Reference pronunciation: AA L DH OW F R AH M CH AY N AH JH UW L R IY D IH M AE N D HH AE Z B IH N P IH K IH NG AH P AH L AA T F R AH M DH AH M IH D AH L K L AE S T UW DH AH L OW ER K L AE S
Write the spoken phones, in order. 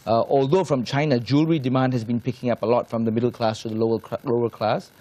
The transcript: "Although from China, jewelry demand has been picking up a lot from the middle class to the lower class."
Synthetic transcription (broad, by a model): AA L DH OW F R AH M CH AY N AH JH UW L R IY D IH M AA N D HH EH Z B IH N P IH K IH NG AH P AH L AA T F R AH M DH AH M IH D AH L K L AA S T UW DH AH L OW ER K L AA S